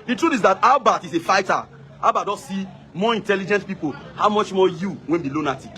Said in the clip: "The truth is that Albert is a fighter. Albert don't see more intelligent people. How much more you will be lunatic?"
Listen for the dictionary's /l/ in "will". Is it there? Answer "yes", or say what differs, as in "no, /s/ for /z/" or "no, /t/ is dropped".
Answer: no, /n/ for /l/